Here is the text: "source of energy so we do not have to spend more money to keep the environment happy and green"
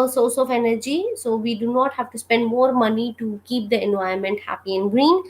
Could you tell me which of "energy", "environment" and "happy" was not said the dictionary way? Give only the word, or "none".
environment